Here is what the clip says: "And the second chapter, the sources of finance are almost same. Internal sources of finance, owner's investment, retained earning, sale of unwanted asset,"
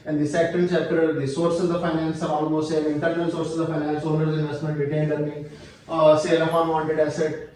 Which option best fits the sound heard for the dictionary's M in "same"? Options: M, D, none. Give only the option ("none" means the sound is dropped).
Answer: none